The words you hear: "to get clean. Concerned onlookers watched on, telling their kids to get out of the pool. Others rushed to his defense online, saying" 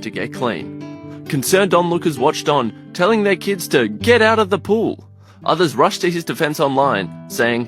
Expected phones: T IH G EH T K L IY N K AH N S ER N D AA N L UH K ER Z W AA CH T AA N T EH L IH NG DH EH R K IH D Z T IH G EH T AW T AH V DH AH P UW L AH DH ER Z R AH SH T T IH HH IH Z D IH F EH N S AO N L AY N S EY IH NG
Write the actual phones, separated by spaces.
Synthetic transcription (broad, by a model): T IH G EH T K L IY N K AH N S ER N D AA N L UH K ER Z W AA CH T N T EH L IH NG DH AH R K IH D Z T IH G EH T AW T AH V DH AH P UW L AH DH ER Z R AH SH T T IH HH IH Z D IH F EH N S AO N L AY N S EY IH NG